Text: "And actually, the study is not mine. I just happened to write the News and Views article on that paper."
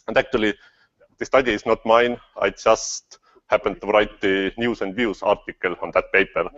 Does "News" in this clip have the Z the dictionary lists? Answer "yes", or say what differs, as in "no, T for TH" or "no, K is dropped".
no, S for Z